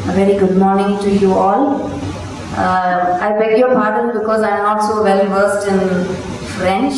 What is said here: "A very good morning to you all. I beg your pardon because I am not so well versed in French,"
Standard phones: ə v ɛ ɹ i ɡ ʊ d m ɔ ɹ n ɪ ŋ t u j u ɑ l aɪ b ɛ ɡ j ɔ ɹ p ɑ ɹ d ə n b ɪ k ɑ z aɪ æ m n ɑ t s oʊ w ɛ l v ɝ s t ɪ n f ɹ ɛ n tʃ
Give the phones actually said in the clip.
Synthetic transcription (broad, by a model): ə v ɛ ɹ i ɡ ʊ d m ɔ ɹ n ɪ ŋ t u j u ɑ l aɪ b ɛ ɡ j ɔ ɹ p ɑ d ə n b ɪ k ɑ z aɪ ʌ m n ɑ t s oʊ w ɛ l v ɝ s t ɪ n f ɹ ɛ n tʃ